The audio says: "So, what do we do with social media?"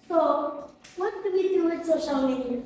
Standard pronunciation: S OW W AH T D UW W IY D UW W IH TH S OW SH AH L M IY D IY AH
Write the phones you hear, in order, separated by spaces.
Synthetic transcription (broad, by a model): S OW W AH T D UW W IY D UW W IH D S OW SH AH L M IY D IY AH